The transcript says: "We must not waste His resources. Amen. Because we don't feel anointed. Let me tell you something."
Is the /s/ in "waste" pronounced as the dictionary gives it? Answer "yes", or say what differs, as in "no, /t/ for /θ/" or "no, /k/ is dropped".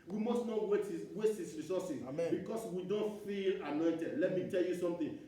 no, /s/ is dropped